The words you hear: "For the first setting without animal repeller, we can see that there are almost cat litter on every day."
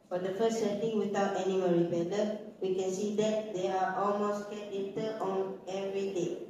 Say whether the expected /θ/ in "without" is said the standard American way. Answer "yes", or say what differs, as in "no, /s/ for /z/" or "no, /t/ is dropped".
no, /t/ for /θ/